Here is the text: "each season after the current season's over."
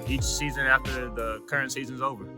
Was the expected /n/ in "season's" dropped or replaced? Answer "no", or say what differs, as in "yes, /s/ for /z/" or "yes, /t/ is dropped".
no